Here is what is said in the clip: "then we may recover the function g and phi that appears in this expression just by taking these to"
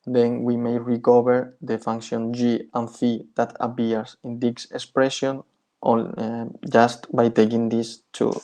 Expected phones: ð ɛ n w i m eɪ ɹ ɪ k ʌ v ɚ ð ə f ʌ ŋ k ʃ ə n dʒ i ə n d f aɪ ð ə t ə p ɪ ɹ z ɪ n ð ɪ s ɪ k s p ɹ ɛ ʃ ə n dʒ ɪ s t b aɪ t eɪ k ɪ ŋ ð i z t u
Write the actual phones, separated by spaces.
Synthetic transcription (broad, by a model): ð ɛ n w i m eɪ ɹ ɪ k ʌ b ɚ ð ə f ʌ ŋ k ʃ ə n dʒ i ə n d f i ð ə t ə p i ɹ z ɪ n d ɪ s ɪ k s p ɹ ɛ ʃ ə n dʒ ɪ s t b aɪ t eɪ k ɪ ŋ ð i s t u